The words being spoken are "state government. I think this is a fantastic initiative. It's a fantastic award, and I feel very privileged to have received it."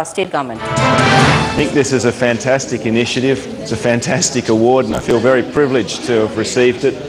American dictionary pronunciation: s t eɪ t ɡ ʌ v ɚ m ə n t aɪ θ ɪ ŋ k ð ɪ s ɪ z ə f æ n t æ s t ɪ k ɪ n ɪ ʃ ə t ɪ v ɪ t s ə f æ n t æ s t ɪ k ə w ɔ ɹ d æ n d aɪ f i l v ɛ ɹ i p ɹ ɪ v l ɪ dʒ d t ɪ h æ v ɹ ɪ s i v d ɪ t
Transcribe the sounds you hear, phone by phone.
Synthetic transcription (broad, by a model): s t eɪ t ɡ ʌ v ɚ m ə n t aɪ θ ɪ ŋ k ð ɪ s ɪ z ə f æ n t æ s t ɪ k ɪ n ɪ ʃ ə t ɪ v ɪ t s ə f æ n t æ s t ɪ k ə w ɔ ɹ d n aɪ f i l v ɛ ɹ i p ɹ ɪ v l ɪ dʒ t ɪ v ɹ ɪ s i v d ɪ t